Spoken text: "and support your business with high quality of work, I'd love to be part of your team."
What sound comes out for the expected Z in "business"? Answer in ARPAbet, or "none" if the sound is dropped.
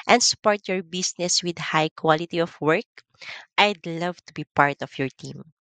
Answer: S